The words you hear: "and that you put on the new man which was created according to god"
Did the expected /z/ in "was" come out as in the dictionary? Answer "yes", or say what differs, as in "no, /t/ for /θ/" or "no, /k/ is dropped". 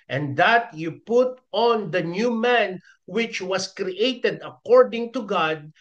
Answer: no, /s/ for /z/